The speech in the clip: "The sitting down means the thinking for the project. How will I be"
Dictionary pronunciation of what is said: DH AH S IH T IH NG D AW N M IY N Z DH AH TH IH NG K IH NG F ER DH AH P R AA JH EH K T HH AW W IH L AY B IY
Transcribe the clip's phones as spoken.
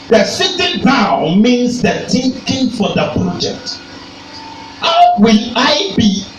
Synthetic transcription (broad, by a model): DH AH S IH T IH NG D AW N M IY N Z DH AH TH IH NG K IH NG F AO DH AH P R AA JH EH K T HH AW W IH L AY B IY